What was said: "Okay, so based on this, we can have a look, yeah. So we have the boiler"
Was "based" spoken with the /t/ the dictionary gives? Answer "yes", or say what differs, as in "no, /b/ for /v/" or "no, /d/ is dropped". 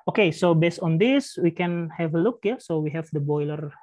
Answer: yes